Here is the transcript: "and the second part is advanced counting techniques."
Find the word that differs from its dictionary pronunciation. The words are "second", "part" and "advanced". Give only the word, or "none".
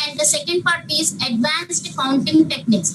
none